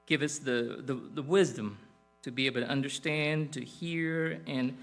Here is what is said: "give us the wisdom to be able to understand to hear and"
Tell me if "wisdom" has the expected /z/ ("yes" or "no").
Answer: yes